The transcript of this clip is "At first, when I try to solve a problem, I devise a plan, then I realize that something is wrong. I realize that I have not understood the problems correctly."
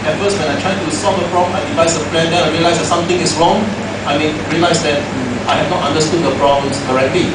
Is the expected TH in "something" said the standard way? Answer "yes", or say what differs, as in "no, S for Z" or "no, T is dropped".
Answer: no, T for TH